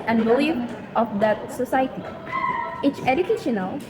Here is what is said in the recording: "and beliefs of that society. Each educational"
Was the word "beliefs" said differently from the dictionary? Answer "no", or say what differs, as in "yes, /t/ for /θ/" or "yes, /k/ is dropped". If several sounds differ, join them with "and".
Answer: yes, /s/ is dropped